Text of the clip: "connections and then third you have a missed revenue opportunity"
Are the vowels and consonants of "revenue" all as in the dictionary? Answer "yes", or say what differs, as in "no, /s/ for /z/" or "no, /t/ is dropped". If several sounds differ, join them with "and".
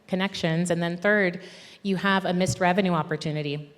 yes